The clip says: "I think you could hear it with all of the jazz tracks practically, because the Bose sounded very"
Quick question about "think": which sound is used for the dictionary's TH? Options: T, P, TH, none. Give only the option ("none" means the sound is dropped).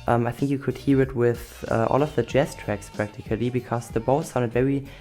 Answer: TH